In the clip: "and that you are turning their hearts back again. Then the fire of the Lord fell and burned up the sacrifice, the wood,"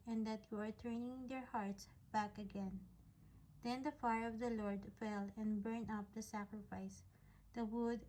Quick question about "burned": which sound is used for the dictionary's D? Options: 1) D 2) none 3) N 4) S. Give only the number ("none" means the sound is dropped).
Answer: 2